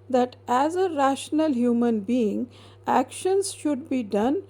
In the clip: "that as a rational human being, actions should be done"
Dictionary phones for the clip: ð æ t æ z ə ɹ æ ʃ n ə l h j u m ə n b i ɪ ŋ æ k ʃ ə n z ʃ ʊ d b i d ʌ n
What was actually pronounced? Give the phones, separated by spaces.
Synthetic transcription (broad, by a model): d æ t æ z ə ɹ æ ʃ n ə l h j u m ə n b i ɪ ŋ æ k ʃ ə n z ʃ ʊ d b i d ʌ n